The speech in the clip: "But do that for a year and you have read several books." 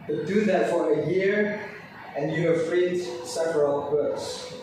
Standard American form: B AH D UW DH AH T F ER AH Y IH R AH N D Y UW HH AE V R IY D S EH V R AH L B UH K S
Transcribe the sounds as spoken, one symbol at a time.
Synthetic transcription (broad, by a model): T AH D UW DH AH T F ER AH Y IH R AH N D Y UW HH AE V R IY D S EH V R AH L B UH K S